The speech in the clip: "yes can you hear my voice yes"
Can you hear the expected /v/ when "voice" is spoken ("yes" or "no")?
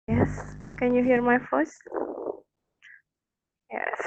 no